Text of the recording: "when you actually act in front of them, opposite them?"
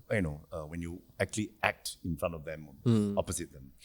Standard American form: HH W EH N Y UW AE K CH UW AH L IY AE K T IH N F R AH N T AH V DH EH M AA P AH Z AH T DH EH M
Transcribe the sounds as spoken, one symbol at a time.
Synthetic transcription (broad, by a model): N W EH N Y UW AE K CH UW AH L IY AE K T IH N F R AH N T AH V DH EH M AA P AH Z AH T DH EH M